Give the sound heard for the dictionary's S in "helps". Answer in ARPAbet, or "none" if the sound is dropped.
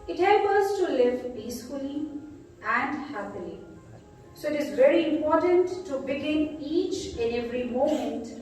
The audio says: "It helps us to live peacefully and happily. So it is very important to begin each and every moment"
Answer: none